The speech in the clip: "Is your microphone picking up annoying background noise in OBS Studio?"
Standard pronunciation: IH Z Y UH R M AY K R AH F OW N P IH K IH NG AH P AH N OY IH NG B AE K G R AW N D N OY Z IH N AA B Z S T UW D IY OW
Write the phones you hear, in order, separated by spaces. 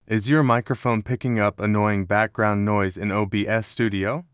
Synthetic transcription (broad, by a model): IH Z Y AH R M AY K R AH F OW N P IH K IH NG AH P AH N OY IH NG B AE K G R AW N N OY Z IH N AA B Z S T UW D IY OW